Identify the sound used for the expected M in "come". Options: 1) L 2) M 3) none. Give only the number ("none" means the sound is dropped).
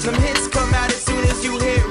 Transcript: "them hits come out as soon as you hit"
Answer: 2